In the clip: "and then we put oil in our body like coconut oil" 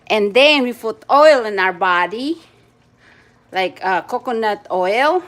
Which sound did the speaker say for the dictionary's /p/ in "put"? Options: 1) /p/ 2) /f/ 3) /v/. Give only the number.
2